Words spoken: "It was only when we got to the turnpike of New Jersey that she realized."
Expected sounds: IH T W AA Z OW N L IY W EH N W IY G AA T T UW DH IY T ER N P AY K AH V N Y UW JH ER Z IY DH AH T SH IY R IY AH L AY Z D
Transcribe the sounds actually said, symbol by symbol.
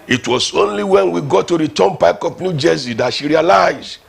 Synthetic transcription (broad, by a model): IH T W AA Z OW N L IY W EH N W IY G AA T T UW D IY T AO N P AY K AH P N Y UW JH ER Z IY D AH T SH IY R IY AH L AY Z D